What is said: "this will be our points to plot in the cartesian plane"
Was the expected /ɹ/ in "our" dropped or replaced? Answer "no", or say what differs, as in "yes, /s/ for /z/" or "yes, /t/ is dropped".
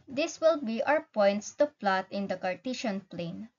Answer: yes, /w/ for /ɹ/